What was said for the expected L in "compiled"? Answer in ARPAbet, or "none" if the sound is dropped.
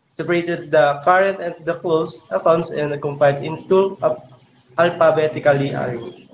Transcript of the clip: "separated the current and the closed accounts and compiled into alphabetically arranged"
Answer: none